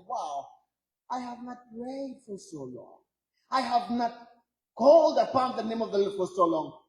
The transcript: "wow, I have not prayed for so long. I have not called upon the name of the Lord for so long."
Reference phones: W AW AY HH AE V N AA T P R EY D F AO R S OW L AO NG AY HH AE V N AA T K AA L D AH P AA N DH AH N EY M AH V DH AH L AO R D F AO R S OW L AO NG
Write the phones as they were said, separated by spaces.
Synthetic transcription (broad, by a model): W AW AY HH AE V N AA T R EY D F AO R S OW L AO NG AY HH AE V N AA T K AA L D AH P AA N DH AH N EY M AH V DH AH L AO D F AO R S OW L AO NG